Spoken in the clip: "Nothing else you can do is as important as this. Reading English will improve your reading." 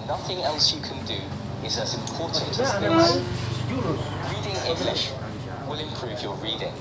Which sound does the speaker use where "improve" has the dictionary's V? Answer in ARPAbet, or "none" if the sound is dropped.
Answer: V